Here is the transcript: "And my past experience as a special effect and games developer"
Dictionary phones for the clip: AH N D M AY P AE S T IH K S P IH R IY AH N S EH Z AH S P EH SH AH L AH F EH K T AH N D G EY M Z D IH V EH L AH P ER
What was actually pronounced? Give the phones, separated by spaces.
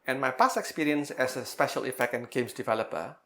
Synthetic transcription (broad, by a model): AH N M AY P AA S IH K S P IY R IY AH N S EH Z AH S P EH SH AH L AH F EH K T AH N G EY M S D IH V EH L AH P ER